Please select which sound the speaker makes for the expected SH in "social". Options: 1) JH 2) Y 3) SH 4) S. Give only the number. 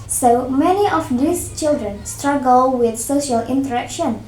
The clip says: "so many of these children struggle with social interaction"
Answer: 3